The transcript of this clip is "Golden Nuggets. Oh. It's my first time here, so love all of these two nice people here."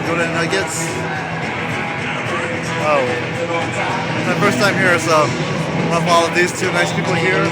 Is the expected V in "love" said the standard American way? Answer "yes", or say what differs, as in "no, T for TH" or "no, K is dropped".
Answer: no, P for V